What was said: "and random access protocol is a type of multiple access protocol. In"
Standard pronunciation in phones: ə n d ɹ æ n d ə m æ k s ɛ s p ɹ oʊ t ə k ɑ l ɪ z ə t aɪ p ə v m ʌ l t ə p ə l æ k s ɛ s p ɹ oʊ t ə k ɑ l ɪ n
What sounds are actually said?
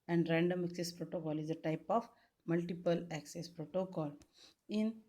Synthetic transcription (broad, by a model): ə n d ɹ æ n d ə m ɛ k s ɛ s p ɹ oʊ t ə k ɑ l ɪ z ə t aɪ p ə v m ʌ l t ə p ə l æ k s ɛ s p ɹ oʊ t ə k ɑ l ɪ n